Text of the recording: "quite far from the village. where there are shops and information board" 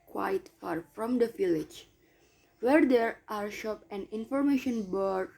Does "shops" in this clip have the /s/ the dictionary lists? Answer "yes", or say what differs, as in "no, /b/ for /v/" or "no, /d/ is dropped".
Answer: no, /s/ is dropped